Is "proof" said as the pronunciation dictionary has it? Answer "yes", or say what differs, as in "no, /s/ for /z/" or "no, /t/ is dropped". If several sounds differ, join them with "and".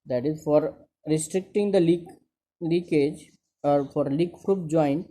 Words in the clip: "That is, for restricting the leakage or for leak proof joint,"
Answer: no, /p/ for /f/